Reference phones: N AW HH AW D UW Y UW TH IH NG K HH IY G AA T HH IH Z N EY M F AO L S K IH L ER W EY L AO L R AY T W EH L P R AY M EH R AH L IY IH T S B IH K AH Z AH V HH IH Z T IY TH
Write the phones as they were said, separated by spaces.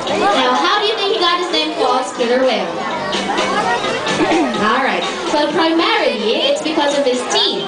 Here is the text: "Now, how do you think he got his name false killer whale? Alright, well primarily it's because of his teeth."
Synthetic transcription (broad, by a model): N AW HH AW D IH Y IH TH IH NG K HH IY G AA T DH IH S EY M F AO S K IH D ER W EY AO L R AY T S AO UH P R AY M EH R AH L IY IH T S B IH K AH Z AH V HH IH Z T IY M